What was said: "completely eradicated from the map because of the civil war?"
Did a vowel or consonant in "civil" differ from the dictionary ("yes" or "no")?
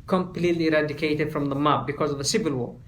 no